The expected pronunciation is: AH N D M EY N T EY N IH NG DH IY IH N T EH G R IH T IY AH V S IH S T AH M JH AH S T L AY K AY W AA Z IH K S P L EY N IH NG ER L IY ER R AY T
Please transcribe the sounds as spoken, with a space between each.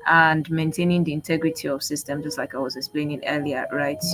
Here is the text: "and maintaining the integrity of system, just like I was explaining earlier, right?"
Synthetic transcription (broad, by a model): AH N D M EY N T EY N IH NG DH IY IH N T EH G R IH T IY AH V S IH S T AH M JH AH S T L AY K AY W AA Z IH K S P L EY N IH NG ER L IY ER R AY T